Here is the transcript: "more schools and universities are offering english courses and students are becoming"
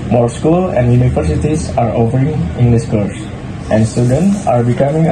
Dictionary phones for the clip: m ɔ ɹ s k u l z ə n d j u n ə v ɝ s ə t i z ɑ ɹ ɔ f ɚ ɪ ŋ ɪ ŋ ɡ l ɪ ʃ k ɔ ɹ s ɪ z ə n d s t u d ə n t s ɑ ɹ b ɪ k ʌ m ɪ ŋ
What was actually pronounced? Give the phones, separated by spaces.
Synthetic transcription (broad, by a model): m ɔ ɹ s k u l ə n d j u n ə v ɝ s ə t i s ɑ ɹ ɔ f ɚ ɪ ŋ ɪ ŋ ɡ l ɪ s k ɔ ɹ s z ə n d s t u d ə n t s ɑ ɹ b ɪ k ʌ m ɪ ŋ